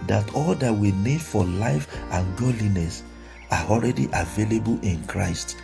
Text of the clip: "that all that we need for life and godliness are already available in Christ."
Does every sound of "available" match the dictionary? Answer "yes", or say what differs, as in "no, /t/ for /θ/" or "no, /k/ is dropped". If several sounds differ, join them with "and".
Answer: yes